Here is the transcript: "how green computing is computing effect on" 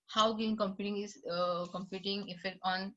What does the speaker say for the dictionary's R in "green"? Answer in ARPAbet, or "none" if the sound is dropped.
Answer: none